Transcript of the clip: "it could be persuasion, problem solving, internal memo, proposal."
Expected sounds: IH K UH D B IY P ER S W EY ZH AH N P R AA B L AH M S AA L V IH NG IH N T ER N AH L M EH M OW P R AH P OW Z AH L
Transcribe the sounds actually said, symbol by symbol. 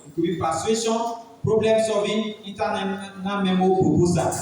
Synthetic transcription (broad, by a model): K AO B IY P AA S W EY SH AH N P R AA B L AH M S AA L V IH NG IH T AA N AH N M EH M OW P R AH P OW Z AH